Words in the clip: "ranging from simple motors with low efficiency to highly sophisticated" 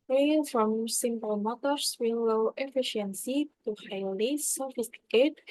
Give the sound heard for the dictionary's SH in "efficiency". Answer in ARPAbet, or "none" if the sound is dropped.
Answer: SH